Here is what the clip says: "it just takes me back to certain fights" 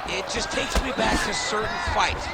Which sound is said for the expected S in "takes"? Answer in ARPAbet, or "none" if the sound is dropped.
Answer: S